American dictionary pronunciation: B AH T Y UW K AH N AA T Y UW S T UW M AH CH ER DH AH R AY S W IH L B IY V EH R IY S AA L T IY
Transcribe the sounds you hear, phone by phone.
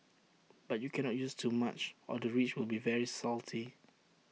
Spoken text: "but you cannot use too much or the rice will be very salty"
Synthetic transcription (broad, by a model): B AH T Y UW K AH N AA T Y UW S T UW M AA CH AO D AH R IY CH W IH L B IY V EH R IY S AA L T IY